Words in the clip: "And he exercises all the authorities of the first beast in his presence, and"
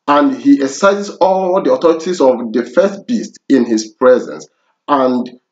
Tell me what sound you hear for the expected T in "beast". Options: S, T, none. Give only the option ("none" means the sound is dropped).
T